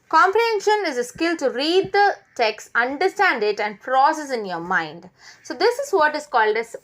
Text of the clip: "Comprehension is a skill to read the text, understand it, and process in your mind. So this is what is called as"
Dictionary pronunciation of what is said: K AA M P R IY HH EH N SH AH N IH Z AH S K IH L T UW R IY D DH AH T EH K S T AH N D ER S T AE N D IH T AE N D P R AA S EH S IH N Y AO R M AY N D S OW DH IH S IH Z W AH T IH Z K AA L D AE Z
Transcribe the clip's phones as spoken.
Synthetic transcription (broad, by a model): K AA M P R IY HH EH N SH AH N IH Z AH S K IH L T UW R IY D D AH T EH K S T AH N D ER S T AE N D IH T AE N D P R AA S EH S IH N Y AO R M AY N D S OW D IH S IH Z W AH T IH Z K AA L D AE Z